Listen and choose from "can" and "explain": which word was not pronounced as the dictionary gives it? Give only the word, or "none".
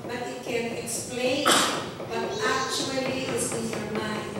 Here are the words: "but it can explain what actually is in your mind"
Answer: none